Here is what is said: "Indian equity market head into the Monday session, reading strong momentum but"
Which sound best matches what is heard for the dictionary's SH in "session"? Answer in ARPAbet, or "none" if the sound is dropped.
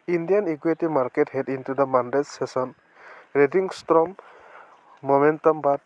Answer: S